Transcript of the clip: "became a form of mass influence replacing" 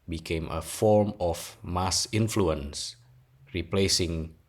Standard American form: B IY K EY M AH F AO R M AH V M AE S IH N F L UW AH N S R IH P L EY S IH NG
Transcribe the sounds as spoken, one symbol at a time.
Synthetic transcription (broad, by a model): B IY K EY M AH F AO R M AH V M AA S IH N F L UW AH N S R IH P L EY S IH NG